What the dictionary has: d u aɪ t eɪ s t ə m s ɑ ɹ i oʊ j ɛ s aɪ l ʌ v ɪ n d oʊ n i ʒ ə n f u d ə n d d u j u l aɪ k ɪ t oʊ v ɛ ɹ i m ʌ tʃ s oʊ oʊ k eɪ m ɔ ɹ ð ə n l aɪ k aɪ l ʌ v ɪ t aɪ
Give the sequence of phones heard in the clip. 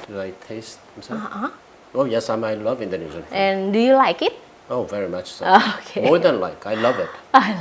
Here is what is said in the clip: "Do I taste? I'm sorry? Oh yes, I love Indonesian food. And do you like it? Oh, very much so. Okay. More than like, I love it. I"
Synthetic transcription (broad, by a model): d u aɪ t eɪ s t ə m s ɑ i oʊ j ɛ s aɪ l ʌ v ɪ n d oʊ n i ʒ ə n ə n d d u j u l aɪ k ɪ t oʊ v ɛ ɹ i m ʌ tʃ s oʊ oʊ k eɪ m ɔ ɹ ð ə n l aɪ k aɪ l ʌ v ɪ t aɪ